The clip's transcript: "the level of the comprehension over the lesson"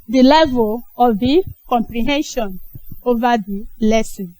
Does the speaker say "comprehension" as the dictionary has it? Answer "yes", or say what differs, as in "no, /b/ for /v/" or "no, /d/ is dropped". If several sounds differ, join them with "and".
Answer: yes